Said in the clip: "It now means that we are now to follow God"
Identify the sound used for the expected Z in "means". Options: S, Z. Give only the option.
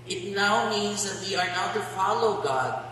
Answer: Z